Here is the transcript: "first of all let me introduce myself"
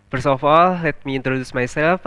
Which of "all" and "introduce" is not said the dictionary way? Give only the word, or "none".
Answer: none